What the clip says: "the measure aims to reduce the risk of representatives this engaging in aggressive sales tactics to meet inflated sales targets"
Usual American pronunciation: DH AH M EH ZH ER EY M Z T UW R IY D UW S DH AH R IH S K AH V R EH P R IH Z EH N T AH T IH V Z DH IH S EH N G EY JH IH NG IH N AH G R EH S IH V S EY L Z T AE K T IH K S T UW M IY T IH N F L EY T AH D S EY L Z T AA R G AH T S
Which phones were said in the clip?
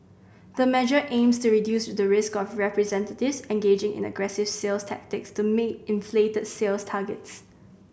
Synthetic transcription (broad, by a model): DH AH M EH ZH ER EY M S T UW R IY D UW S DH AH R IH S K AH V R EH P R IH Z EH N T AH T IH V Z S EH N G EY JH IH NG IH N AH G R EH S IH V S EY L S T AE K T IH K S T UW M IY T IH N F L EY T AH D S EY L S T AA G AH T S